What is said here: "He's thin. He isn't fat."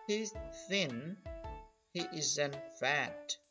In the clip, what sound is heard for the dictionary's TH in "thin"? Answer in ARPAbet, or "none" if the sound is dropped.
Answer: TH